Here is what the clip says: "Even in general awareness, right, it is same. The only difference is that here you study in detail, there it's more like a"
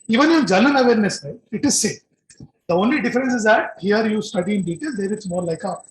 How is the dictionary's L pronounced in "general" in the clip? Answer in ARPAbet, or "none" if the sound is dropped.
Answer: N